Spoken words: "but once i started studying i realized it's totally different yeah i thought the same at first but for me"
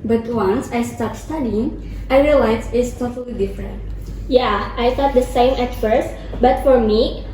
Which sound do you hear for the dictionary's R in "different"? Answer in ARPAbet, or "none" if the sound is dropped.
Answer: R